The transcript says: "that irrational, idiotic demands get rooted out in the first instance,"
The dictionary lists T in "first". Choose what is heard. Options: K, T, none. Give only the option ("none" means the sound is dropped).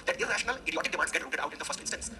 T